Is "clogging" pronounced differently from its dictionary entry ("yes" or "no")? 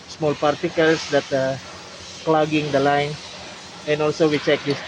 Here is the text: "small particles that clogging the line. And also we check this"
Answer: no